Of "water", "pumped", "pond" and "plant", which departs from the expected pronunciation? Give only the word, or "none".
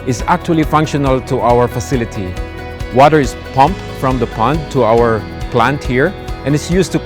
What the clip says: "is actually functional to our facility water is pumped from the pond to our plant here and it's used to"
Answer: none